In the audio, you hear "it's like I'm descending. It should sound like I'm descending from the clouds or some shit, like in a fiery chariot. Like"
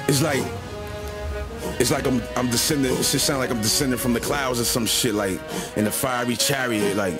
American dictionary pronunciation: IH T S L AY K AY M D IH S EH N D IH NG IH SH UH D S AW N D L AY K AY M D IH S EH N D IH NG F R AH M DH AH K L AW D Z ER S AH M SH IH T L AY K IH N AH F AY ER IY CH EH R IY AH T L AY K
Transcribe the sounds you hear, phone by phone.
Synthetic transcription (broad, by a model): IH T S L AY K AY M D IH S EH N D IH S IH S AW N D L AY K AY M D IH S EH N D IH NG F R AH M DH AH K L AW D Z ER S AH M SH IH T L AY K IH N AH F AY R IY CH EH R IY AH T L AY K